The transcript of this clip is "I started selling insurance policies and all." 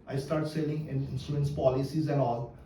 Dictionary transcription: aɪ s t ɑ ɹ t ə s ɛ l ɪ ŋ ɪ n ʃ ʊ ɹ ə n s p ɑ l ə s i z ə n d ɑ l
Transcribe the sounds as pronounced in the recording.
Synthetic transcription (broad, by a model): aɪ s t ɑ ɹ t s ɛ l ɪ ŋ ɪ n s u ə n s p ɑ l ə s i z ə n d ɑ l